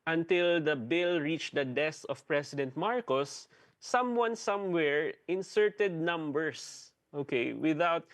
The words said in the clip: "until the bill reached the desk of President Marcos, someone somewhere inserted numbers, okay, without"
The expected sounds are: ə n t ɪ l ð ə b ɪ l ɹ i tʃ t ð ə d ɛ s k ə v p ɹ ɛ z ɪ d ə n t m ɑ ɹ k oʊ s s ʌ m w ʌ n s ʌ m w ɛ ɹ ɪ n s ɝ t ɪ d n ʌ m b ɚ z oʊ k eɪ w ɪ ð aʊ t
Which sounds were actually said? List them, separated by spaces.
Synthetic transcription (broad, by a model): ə n t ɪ l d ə b ɪ l ɹ i tʃ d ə d ɛ s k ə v p ɹ ɛ s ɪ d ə n t m ɑ ɹ k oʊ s s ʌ m w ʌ n s ʌ m w ɛ ɹ ɪ n s ɝ t ɪ d n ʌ m b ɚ s oʊ k eɪ w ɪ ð aʊ t